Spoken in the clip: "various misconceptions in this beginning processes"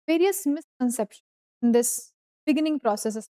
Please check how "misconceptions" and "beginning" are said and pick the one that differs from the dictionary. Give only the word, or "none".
misconceptions